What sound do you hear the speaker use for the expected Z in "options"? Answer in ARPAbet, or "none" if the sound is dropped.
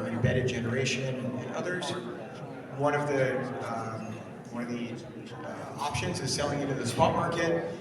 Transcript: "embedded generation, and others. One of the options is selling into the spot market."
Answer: Z